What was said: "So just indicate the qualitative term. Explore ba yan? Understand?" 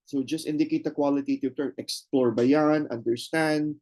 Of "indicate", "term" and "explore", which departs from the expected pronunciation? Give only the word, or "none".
term